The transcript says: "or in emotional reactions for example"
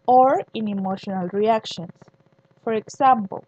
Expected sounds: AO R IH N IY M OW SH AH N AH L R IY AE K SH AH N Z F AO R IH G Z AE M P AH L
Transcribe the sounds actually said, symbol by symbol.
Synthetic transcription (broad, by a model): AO R IH N IY M OW SH AH N AH L R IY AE K SH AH N S F AO R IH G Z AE M P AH L